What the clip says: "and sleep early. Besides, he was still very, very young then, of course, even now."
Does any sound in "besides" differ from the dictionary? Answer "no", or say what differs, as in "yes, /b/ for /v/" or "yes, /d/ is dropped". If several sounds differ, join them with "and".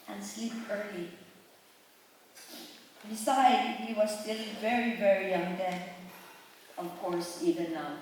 yes, /z/ is dropped